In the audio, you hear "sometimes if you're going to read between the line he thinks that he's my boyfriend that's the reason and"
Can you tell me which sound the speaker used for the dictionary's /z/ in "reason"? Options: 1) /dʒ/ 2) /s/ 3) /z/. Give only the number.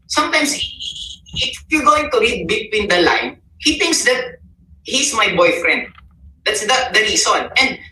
2